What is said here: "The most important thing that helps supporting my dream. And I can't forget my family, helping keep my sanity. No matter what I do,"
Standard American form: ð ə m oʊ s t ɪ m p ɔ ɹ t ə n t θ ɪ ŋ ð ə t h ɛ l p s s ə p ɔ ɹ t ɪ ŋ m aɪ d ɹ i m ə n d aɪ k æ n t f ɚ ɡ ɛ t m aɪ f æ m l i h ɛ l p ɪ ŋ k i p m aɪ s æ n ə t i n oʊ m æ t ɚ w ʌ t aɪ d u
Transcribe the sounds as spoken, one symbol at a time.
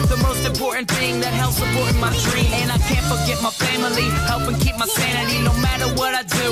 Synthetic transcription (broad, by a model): ð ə m oʊ s t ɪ m p ɔ ɹ t n θ ɪ ŋ ð ə t h ɛ l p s s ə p ɔ ɹ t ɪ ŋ m aɪ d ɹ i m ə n aɪ k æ n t f ɚ ɡ ɛ t m aɪ f æ m l i h ɛ l p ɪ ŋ k i p m aɪ s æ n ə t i n oʊ m æ t ɚ w ʌ t aɪ d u